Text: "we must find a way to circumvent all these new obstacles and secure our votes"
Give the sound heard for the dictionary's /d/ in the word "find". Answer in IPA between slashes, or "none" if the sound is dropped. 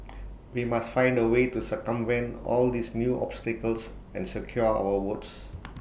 /d/